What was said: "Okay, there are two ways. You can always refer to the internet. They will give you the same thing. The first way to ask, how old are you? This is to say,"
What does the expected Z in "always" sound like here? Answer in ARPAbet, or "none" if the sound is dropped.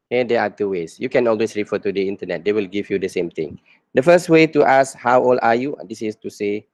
S